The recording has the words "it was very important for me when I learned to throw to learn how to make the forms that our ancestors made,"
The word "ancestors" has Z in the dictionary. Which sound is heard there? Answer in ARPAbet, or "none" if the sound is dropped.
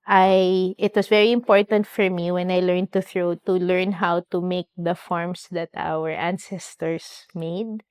S